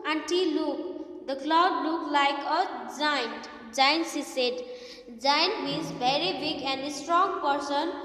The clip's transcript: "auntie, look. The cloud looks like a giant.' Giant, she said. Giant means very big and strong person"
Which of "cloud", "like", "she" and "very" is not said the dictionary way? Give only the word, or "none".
she